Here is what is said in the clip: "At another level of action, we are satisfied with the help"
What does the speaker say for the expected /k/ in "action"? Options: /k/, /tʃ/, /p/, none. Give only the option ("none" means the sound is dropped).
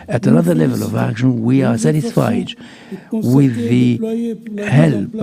/k/